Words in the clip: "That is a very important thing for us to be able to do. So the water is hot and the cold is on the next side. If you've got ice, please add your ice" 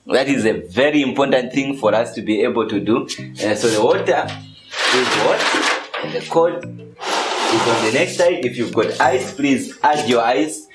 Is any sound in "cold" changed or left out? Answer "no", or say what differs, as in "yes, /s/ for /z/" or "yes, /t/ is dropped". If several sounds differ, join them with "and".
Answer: yes, /l/ is dropped